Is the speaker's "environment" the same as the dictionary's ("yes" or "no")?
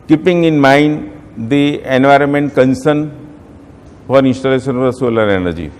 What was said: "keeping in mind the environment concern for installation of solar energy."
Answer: yes